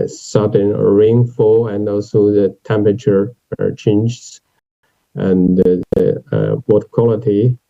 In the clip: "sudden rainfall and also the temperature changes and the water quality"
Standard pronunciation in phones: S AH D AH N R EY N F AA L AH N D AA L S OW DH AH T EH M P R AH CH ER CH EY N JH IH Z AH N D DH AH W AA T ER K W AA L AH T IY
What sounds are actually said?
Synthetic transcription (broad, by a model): S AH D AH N R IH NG F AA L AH N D AA L S OW DH AH T EH M P R AH CH ER CH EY N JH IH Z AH N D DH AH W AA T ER K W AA L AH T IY